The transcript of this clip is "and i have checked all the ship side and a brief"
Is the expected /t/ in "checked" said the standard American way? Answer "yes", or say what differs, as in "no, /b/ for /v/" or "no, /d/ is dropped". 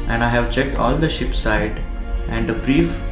yes